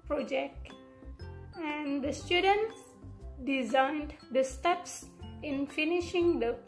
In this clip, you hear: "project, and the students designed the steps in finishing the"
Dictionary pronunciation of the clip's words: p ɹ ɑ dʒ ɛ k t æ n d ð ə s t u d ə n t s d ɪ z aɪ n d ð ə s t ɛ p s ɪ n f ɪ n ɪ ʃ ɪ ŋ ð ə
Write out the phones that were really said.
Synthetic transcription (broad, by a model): p ɹ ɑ dʒ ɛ k t æ n d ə s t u d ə n t s d ɪ z aɪ n d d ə s t ɛ p s ɪ n f ɪ n ɪ ʃ ɪ ŋ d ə